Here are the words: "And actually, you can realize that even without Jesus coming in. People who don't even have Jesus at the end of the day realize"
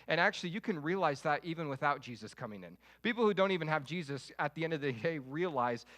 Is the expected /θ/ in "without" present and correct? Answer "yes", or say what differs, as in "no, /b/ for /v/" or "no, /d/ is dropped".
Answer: yes